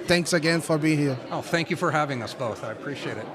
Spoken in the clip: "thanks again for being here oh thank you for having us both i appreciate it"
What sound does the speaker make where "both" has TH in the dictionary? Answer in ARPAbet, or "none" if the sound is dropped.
TH